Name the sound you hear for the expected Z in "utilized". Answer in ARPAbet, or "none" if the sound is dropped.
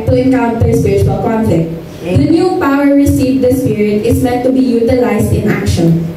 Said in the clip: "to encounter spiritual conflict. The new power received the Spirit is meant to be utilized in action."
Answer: S